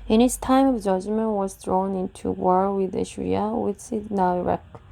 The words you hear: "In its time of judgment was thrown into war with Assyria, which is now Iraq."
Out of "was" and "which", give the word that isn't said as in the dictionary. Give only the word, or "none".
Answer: which